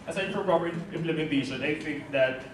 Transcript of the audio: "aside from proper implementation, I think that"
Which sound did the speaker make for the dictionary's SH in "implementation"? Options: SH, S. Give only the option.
S